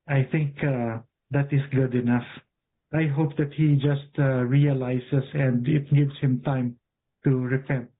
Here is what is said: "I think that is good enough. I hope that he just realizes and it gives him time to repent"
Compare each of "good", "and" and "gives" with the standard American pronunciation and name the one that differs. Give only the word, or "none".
gives